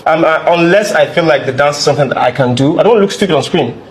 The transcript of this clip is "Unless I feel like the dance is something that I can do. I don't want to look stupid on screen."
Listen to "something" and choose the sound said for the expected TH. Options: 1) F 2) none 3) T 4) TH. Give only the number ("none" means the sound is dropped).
4